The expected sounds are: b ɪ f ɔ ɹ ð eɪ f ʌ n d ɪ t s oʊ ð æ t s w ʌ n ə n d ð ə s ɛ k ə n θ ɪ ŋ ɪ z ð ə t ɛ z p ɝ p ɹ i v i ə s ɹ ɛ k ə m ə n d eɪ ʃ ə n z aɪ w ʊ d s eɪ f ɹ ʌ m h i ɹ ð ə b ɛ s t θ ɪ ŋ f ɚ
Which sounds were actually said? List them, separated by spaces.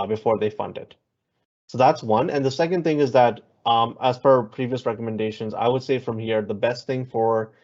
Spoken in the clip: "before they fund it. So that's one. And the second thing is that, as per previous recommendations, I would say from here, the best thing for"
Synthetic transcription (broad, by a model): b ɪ f ɔ ɹ ð eɪ f ʌ n d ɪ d s oʊ ð æ t s w ʌ n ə n ð ə s ɛ k ə n θ ɪ ŋ ɪ z ð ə t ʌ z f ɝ p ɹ i v i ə s ɹ ɛ k ə m ə n d eɪ ʃ ə n z aɪ w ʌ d s eɪ f ɹ ʌ m h i ɹ ð ə b ɛ s t θ ɪ ŋ f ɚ